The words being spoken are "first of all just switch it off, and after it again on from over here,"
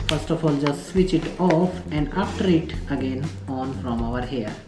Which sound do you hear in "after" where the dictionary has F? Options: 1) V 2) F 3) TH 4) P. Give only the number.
4